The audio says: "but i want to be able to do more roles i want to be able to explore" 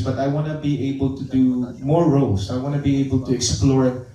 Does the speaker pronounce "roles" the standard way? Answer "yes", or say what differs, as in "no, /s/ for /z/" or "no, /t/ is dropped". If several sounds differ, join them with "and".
no, /s/ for /z/